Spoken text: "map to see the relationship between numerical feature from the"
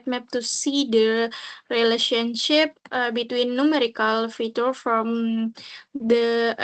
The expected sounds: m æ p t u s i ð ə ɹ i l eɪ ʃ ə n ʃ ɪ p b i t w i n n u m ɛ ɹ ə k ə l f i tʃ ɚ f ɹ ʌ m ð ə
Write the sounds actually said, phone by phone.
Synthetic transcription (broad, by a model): m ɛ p t u s i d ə ɹ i l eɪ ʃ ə n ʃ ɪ p b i t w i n n u m ɛ ɹ ə k ə l f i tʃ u f ɹ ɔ m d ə